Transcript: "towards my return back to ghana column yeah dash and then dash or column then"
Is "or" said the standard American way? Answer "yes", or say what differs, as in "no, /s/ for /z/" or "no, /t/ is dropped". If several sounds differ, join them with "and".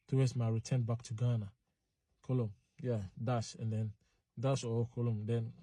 no, /w/ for /ɹ/